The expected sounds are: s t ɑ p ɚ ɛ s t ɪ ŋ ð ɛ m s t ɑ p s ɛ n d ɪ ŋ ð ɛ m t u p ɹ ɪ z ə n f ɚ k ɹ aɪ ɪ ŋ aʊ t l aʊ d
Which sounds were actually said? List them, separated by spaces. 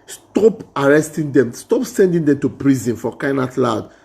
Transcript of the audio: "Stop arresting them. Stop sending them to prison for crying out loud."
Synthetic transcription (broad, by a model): s t ɑ p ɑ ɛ s t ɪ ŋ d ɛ m s t ɑ p s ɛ n d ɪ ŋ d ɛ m t u p ɹ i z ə n f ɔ k aɪ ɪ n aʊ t l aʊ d